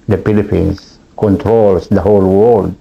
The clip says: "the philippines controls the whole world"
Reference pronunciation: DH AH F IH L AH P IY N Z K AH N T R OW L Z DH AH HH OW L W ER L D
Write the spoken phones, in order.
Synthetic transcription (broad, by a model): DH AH P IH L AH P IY N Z K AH N T R OW L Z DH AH HH OW L W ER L D